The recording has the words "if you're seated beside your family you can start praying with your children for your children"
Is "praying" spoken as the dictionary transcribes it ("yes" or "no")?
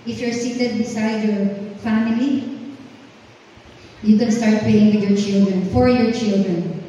no